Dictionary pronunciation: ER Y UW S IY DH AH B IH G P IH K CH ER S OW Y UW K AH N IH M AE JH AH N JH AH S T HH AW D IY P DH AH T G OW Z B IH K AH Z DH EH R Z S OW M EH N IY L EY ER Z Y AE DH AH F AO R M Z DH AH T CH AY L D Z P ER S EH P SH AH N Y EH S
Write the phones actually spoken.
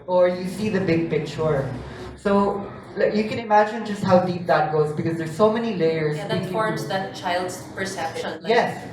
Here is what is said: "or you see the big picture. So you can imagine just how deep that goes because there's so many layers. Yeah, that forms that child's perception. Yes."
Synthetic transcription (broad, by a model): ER Y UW S IY DH AH B IH G P IH K CH ER S OW Y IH K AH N IH M AE JH AH N JH AH S T HH AW D IY P DH AH T G OW Z B IH K AH Z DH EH R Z S OW M EH N IY L EY ER Z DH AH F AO R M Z DH AH T CH AY L D Z P ER S EH P SH AH N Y EH S